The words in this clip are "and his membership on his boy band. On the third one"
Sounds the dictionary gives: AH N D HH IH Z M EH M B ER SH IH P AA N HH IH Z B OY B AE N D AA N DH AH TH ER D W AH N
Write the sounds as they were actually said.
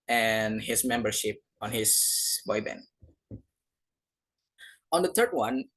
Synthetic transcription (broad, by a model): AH N HH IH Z M EH M B ER SH IH P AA N HH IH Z B OY B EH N AA N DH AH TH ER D W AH N